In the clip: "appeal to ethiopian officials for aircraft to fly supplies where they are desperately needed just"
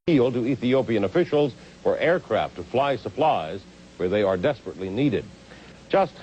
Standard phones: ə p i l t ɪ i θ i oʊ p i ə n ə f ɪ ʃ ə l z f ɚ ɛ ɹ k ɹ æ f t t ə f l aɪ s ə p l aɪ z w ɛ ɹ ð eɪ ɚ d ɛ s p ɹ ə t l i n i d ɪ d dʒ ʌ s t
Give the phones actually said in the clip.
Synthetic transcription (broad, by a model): i l t ɪ i θ i oʊ p i ə n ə f ɪ ʃ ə l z f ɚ ɛ ɹ k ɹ æ f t t ə f l aɪ s ə p l aɪ z w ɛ ɹ ð eɪ ɚ d ɛ s p ɹ ə t l i n i d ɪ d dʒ ʌ s t